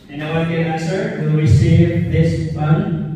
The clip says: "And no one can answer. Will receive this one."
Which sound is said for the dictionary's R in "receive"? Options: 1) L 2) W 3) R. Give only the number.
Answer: 2